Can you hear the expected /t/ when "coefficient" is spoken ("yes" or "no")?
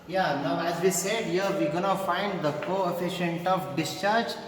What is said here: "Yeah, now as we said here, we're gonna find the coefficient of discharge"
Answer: yes